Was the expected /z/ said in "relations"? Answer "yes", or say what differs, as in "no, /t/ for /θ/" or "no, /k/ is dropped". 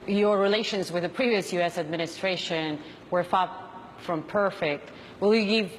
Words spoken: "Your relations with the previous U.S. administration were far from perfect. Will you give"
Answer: yes